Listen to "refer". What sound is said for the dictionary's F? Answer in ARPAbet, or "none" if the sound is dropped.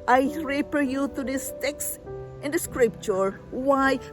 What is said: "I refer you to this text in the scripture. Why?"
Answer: P